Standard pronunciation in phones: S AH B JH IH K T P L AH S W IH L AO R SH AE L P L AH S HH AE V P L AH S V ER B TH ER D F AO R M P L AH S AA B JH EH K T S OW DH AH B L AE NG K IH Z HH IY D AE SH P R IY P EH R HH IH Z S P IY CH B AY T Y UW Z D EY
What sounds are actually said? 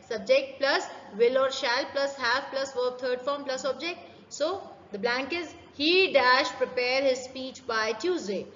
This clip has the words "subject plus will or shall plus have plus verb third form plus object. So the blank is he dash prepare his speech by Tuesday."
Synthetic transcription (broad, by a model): S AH B JH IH K T P L AH S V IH L AO R SH AE L P L AH S HH AE V P L AH S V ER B T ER D F AO R M P L AH S AA B JH EH K T S OW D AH B L AE NG K IH Z HH IY D AE SH P R IY P EH R HH IH Z S P IY CH B AY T Y UW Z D EY